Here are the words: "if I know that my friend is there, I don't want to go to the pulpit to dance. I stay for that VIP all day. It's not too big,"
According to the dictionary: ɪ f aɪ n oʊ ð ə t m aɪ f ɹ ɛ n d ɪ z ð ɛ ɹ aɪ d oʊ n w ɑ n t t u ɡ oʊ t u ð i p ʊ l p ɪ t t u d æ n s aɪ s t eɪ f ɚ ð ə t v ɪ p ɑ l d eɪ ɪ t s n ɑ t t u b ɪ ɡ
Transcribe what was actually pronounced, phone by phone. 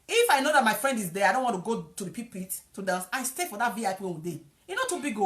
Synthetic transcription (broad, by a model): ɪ f aɪ n oʊ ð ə t m aɪ f ɹ ɛ n d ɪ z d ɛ aɪ d oʊ n w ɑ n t t u ɡ oʊ t u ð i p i p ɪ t t u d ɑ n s aɪ s t eɪ f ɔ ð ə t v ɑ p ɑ w d eɪ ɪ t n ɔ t t u b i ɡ